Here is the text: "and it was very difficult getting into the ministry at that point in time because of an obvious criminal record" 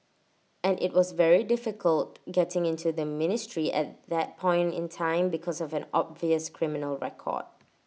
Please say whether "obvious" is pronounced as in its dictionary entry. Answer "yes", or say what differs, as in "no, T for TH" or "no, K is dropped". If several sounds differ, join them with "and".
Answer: yes